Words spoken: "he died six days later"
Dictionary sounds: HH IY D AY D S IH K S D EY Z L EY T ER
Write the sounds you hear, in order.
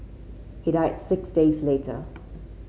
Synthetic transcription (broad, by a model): HH IY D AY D S IH K S D EY Z L EY T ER